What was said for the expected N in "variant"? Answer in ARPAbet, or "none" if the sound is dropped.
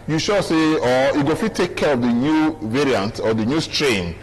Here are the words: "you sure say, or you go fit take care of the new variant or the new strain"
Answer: N